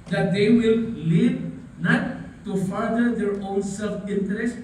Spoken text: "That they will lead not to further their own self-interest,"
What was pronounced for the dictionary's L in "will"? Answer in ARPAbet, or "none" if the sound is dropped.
L